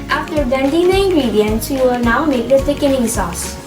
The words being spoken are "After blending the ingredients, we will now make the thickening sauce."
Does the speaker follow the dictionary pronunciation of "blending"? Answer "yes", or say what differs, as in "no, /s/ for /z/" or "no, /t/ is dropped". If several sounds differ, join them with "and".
no, /l/ is dropped